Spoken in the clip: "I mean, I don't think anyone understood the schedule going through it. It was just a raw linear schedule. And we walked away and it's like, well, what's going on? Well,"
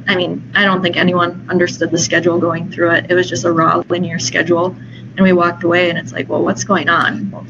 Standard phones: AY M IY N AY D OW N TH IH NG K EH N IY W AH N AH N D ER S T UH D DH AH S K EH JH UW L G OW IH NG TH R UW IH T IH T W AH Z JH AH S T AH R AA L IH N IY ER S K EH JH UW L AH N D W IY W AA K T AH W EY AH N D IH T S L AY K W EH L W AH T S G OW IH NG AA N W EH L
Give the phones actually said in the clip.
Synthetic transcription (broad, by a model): AY M IY N AY D OW N TH IH NG K EH N IY W AH N AH N D ER S T UH D DH AH S K EH JH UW L G OW IH NG TH R UW IH T IH T W AH Z JH AH S T AH R AA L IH N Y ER S K EH JH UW L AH N W IY W AA K T AH W EY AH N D IH T S L AY K W EH L W AH T S G OW IH NG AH N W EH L